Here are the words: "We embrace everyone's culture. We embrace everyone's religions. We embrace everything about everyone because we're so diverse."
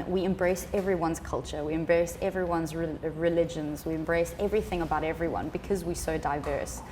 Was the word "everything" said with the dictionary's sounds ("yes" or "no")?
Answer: yes